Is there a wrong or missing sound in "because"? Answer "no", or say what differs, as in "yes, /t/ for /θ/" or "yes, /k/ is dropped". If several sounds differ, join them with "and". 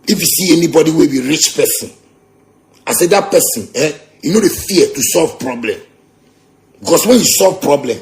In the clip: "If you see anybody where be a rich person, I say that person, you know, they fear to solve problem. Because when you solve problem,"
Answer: yes, /s/ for /z/